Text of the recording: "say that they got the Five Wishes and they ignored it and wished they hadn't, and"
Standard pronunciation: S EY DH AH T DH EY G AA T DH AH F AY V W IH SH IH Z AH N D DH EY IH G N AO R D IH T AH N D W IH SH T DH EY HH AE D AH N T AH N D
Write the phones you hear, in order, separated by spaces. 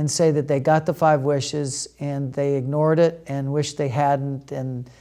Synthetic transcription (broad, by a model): S EY DH AH T DH EY G AA T DH AH F AY V W IH SH IH Z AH N DH EY IH G N AO R D IH T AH N W IH SH DH EY HH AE D N T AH N